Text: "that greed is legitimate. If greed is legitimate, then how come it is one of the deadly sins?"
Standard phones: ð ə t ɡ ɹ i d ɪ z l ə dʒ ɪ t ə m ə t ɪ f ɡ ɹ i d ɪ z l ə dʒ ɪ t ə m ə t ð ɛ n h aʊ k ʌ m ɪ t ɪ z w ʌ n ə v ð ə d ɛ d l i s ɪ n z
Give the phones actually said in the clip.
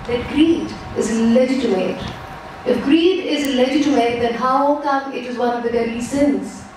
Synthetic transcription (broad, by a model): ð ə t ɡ ɹ i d ɪ z l ə dʒ ɪ t ə m ə t ɪ f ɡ ɹ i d ɪ z l ə dʒ ɪ t ə m ə t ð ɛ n h aʊ k ʌ m ɪ t ɪ z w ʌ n ə v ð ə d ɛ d i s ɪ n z